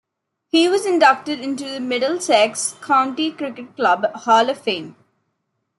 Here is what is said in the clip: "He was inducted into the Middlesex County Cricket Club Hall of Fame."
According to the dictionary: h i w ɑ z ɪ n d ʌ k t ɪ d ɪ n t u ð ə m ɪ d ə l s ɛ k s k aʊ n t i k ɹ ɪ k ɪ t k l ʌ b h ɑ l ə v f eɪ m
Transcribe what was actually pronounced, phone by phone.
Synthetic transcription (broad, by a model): h i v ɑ z ɪ n d ʌ k t ɪ d ɪ n t u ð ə m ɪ d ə l s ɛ k s k aʊ n t i k ɹ ɪ k ɪ t k l ʌ b h ɑ l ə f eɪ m